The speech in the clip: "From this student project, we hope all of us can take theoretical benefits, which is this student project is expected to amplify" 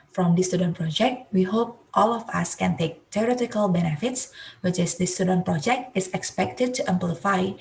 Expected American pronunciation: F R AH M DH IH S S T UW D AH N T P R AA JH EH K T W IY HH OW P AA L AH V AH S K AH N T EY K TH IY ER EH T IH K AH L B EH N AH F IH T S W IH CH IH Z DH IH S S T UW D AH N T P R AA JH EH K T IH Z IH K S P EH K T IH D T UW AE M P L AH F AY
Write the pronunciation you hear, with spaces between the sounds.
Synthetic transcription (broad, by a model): F R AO M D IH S S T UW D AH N P R AA JH EH K T W IY HH OW P AA L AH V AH S K AH N T EY K T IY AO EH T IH K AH L B EH N AH F IH T S W IH CH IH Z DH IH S S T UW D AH N P R AA JH EH K T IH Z IH K S P EH K T IH D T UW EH M P L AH F AY